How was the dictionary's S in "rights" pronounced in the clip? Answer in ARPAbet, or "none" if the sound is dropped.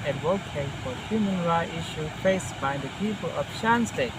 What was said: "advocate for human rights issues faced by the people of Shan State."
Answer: none